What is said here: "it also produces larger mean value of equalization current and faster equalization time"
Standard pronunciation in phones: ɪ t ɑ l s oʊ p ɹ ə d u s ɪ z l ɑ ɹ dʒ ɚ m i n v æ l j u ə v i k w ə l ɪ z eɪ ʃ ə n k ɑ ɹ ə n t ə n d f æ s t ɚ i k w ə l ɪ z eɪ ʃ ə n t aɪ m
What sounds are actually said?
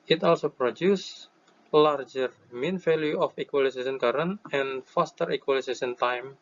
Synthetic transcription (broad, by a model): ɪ t ɑ l s oʊ p ɹ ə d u s l ɑ ɹ dʒ ɚ m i n f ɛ l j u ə f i k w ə l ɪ s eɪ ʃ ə n k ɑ ɹ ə n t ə n f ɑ s t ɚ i k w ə l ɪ s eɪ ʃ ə n t aɪ m